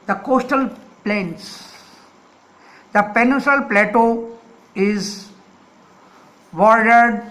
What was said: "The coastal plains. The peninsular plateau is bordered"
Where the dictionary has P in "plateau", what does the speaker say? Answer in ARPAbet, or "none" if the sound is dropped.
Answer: P